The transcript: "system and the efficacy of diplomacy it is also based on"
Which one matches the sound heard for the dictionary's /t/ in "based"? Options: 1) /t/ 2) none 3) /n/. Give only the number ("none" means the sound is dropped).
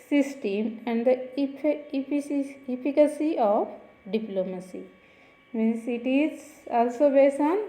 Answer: 2